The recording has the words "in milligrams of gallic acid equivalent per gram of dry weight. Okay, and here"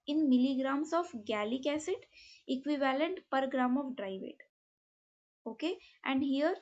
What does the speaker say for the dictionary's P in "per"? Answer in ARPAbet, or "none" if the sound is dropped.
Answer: P